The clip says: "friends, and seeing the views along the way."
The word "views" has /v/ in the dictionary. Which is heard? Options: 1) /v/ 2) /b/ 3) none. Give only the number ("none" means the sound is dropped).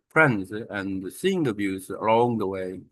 2